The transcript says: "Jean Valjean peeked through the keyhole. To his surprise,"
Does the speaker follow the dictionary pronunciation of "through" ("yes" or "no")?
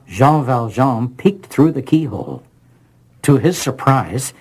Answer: yes